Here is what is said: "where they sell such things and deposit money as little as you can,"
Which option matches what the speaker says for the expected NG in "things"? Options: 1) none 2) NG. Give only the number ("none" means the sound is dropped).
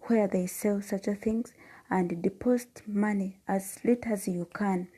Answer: 2